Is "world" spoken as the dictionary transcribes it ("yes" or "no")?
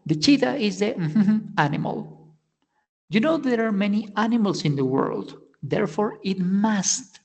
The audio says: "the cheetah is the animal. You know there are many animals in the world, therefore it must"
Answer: yes